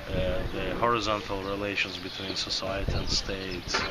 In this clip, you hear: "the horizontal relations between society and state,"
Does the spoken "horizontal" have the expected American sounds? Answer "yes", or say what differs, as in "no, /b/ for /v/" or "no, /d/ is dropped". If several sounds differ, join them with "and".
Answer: yes